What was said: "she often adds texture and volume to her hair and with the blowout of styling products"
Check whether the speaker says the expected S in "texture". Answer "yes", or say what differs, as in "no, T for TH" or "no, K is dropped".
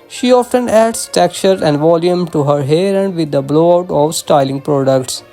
no, S is dropped